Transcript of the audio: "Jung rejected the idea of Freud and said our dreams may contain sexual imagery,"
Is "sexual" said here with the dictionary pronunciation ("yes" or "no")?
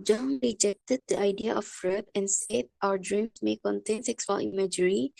no